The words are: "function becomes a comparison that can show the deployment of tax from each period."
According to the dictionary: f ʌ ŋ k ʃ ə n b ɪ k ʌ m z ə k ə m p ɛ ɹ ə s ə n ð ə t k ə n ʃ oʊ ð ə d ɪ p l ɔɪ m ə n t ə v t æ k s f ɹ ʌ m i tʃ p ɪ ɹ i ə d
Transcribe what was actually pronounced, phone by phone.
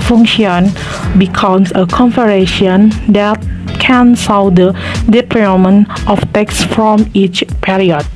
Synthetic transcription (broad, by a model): f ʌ ŋ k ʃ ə n b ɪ k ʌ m s ə k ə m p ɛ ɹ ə ʃ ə n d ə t k ə n s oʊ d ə d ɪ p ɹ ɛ m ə n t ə f t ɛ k s f ɹ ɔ m i tʃ p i ɹ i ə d